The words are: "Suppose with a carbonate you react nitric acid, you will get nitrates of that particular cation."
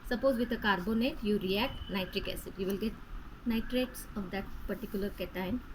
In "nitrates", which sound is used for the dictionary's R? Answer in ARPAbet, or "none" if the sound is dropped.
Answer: R